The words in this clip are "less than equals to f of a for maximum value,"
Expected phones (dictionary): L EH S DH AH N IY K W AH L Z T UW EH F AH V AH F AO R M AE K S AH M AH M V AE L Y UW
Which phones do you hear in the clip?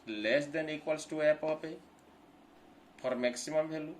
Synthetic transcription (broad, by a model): L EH S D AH N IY K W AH L S T UW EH P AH P AH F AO R M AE K S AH M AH M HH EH L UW